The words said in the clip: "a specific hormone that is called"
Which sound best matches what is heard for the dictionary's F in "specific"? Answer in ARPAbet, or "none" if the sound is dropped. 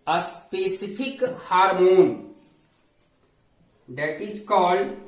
P